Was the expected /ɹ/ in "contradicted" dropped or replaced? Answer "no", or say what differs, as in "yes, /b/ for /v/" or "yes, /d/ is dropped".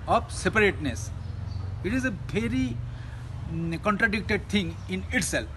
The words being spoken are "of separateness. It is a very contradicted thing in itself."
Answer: no